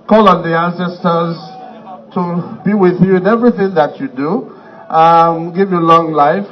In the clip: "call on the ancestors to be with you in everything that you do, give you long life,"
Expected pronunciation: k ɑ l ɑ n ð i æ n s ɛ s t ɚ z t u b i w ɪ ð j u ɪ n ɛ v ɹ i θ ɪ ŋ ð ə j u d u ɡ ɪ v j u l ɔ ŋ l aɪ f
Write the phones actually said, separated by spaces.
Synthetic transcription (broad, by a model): k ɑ l ɑ n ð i æ n s ɛ s t ɚ z t u b i w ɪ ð j u ɪ n ɛ v ɹ i θ ɪ ŋ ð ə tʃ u d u ɡ ɪ v j u l ɔ ŋ l aɪ f